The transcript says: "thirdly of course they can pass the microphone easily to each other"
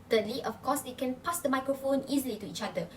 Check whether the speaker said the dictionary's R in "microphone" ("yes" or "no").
yes